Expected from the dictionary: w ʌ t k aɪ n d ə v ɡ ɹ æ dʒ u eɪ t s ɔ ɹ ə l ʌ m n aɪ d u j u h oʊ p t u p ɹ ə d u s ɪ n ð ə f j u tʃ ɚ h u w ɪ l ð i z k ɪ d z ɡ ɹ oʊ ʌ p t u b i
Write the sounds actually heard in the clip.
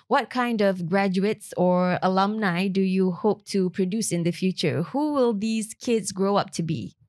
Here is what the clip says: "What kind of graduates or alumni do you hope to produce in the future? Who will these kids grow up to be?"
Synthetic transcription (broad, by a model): w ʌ t k aɪ n d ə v ɡ ɹ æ dʒ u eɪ t s ɔ ɹ ə l ʌ m n aɪ d u j u h oʊ p t u p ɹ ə d u s ɪ n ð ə f j u tʃ ɚ h u w ɪ l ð i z k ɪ d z ɡ ɹ oʊ ʌ p t u b i